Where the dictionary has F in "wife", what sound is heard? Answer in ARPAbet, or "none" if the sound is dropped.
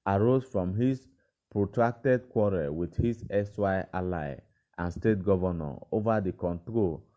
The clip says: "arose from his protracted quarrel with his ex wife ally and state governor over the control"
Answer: none